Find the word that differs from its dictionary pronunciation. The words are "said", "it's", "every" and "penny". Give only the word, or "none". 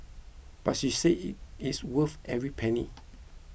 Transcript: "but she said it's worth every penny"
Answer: said